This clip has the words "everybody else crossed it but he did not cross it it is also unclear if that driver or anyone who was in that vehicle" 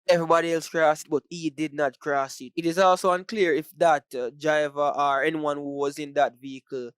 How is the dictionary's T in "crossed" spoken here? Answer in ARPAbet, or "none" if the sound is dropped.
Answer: none